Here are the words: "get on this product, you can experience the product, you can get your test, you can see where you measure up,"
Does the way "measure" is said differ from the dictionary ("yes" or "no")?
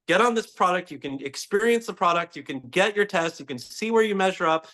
no